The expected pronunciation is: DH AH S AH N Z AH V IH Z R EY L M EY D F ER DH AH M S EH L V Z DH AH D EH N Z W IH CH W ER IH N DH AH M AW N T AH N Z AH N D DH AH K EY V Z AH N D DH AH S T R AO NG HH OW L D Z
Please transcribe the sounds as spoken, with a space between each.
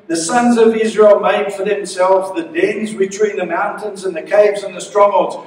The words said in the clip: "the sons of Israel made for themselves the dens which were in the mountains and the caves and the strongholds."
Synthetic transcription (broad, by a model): DH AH S AH N Z AH V IH Z R EY L M EY D F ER DH AH M S EH L V Z DH AH D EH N Z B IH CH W IH N DH AH M AW N T AH N Z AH N DH AH K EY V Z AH N DH AH S T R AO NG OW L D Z